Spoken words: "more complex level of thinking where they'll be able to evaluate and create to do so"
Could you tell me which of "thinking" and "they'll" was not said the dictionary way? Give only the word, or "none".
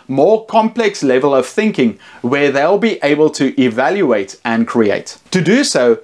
none